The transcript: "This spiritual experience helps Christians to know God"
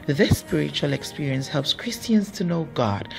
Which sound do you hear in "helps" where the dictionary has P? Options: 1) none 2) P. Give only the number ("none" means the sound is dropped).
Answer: 2